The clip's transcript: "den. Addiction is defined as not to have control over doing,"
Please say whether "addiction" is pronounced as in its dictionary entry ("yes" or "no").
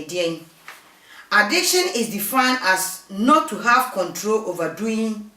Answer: yes